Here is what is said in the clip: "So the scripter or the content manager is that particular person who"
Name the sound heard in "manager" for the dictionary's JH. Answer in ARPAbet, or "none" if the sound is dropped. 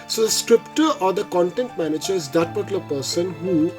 JH